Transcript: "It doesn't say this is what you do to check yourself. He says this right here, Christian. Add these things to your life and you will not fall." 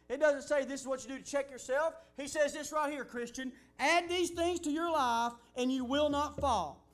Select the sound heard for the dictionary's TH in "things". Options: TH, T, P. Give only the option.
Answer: TH